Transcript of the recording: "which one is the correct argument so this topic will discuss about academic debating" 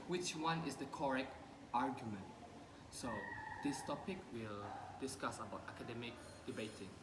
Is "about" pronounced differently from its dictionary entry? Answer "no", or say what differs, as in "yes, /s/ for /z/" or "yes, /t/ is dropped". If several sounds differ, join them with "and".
no